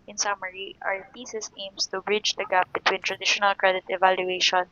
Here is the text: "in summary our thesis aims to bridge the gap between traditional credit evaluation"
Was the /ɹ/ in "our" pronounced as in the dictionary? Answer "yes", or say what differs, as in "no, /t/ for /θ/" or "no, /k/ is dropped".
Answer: yes